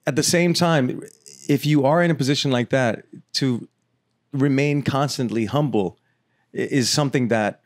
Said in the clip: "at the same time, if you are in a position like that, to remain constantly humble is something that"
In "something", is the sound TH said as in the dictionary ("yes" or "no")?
yes